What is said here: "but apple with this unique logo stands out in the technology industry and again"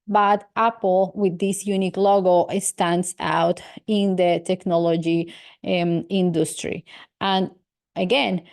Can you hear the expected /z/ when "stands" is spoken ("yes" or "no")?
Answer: no